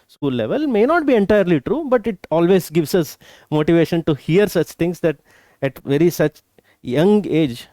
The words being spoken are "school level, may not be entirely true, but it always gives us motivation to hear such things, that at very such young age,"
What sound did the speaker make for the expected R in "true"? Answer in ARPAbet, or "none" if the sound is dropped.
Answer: R